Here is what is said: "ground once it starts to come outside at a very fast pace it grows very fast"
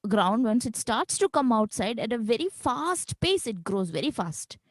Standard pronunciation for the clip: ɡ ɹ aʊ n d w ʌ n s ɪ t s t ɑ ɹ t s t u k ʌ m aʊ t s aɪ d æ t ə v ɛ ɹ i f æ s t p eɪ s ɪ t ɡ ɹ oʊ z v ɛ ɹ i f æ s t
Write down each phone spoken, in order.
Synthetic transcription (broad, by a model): ɡ ɹ aʊ n d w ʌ n s ɪ t s t ɑ ɹ t s t u k ʌ m aʊ t s aɪ d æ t ə v ɛ ɹ i f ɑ s t p eɪ s ɪ t ɡ ɹ oʊ z v ɛ ɹ i f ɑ s t